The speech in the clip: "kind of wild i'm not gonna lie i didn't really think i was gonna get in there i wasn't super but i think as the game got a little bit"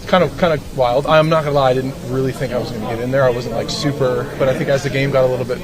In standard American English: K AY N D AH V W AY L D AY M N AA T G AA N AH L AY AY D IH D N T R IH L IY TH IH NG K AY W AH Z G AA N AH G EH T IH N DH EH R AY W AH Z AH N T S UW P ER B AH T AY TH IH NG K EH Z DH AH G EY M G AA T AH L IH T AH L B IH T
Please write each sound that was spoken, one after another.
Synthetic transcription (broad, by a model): K AY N D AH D W AY L D AY M N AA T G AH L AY AY D IH D N T R IH L IY TH IH NG K AY W AH Z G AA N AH G EH T IH N DH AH R AY W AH Z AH N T S UW P ER B AH T AY TH IH NG K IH Z DH AH G EY M G AA T AH L IH T L B IH T